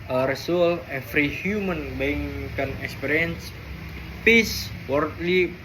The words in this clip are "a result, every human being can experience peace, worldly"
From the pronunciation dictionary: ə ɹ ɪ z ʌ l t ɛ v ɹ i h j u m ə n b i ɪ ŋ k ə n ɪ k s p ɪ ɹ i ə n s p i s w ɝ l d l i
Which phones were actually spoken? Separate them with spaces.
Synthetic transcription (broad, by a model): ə ɹ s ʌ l ɛ f ɹ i h j u m ə n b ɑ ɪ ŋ k ə n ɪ k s p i ɹ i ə n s p i s w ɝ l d l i